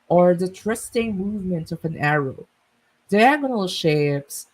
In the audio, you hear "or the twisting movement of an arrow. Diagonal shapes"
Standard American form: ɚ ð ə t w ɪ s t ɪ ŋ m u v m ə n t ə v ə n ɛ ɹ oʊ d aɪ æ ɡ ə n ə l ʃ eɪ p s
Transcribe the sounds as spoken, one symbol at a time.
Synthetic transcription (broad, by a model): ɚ ð ə t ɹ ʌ s t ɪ ŋ m u v m ə n t ə v ə n ɛ ɹ oʊ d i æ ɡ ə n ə l ʃ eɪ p s